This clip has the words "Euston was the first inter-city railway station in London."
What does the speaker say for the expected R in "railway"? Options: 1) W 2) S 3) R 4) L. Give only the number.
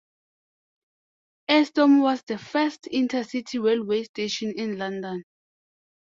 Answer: 1